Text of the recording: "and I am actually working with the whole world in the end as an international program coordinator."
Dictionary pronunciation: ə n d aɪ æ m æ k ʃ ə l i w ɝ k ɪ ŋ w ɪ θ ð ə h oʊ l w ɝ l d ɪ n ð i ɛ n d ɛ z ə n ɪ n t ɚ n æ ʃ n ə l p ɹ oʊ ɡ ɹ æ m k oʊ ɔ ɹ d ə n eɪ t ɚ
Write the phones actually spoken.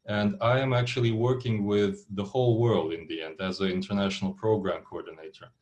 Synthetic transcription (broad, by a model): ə n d aɪ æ m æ k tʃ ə l i w ɝ k ɪ ŋ w ɪ ð ə h oʊ l w ɝ l d ɪ n ð i ɛ n d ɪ z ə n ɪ n t ɚ n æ ʃ n l p ɹ oʊ ɡ ɹ æ m k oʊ ɔ ɹ d n eɪ t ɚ